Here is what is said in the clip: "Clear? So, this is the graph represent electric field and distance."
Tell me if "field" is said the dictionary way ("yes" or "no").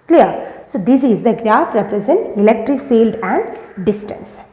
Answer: yes